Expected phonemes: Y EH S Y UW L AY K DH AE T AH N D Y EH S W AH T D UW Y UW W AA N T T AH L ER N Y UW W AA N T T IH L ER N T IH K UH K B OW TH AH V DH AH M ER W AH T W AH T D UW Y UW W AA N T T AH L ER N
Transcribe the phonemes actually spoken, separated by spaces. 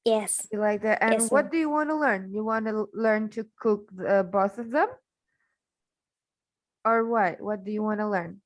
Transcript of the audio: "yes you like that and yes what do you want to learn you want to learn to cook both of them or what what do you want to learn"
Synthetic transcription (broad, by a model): Y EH S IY L AY K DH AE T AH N W AH T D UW Y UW W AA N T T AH L ER N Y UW W AA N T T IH L ER N T IH K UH K B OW S AH V DH AH M ER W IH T W AH T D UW Y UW W AA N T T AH L ER N